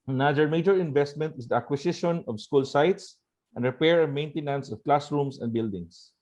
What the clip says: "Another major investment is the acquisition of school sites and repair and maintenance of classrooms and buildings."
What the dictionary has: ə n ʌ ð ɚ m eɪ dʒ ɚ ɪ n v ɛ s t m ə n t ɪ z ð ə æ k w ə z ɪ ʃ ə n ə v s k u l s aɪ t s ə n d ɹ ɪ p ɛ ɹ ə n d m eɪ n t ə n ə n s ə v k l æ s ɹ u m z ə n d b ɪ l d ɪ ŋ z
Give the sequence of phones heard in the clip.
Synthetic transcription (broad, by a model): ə n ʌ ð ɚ m eɪ dʒ ɚ ɪ n v ɛ s t m ə n t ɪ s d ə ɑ k w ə s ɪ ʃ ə n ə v s k u l s aɪ t s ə n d ɹ ɪ p ɛ ɹ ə m eɪ n t ə n ə n s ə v k l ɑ s ɹ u m s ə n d b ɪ l d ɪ ŋ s